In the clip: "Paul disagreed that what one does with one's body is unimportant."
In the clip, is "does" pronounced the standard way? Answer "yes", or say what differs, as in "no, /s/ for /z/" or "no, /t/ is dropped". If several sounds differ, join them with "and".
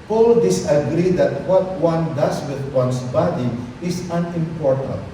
no, /s/ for /z/